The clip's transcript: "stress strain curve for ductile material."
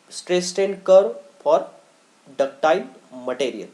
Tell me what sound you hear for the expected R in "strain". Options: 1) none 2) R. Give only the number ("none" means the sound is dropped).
1